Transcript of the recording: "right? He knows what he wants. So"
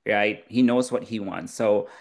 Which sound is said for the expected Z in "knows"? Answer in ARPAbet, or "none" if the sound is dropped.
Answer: Z